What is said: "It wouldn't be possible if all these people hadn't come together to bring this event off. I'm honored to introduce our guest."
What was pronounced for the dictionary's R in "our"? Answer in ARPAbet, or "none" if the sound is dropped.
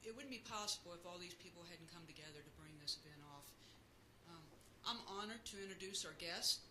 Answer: R